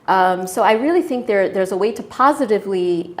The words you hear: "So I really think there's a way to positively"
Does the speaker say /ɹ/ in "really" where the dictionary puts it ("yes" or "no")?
yes